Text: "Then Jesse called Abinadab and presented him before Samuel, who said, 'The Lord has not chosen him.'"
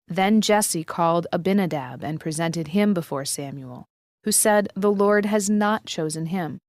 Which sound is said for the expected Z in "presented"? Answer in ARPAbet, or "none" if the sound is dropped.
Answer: Z